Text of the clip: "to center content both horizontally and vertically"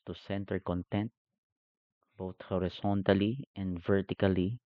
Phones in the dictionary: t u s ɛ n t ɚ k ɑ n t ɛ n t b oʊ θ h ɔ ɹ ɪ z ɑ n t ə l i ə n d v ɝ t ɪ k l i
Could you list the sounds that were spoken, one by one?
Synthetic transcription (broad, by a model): t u s ɛ n t ɚ k ɑ n t ɛ n t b oʊ t h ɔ ɹ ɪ s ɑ n t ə l i ə n d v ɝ t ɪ k l i